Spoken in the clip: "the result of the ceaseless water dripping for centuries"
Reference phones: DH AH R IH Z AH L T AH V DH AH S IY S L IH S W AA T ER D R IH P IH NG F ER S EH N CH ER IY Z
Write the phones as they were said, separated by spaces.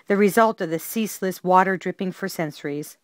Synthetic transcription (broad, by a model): DH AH R IH Z AH L T AH V DH AH S IY S L IH S W AA T ER D R IH P IH NG F ER S EH N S ER IY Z